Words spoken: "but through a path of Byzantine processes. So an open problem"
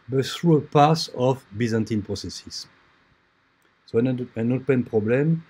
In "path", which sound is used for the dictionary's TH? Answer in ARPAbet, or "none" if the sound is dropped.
S